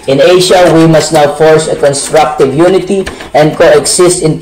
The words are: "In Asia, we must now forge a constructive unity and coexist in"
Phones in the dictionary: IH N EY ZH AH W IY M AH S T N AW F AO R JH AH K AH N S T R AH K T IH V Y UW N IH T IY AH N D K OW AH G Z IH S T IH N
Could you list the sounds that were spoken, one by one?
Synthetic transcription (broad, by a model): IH N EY SH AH W IY M AH S T N AW F AO R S AH K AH N S T R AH K T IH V Y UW N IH T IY AH N D K OW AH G S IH S T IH N